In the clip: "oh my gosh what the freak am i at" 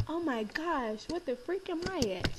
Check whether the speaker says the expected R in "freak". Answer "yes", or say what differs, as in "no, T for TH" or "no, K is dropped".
yes